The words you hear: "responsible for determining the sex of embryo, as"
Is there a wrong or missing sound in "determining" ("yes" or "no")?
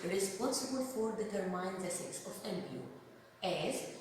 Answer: yes